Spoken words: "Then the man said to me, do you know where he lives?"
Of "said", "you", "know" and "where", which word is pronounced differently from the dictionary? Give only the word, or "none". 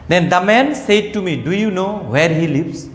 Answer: none